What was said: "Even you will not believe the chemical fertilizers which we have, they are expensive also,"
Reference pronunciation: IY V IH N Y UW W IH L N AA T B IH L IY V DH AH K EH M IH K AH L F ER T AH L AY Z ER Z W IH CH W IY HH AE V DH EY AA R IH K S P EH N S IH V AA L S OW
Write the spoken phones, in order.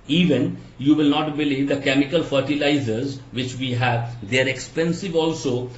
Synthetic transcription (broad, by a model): IY V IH N Y UW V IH L N AA T B IH L IY V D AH K EH M IH K AH L F ER T AH L AY Z ER Z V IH CH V IY HH AE V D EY R IH K S P EH N S IH V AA L S OW